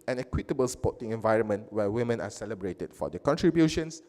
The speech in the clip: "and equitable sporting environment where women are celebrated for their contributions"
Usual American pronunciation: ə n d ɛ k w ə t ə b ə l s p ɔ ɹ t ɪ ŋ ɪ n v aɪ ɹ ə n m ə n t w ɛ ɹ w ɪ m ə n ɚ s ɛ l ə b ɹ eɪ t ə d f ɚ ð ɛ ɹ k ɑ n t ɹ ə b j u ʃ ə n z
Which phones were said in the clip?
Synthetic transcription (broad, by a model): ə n ɛ k w ə t ə b ə l s p ɔ t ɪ ŋ ɪ n v aɪ ɹ ə n m ə n t w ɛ w ɪ m ə n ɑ s ɛ l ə b ɹ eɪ t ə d f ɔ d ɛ k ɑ n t ɹ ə b j u ʃ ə n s